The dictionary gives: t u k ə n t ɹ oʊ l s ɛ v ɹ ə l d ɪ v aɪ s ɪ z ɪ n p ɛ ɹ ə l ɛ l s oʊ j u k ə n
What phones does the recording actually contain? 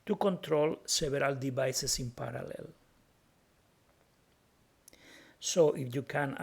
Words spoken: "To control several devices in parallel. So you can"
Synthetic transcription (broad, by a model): t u k ə n t ɹ oʊ l s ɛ b ɹ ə l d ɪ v aɪ s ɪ s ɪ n p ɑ ɹ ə l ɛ l s oʊ j u k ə n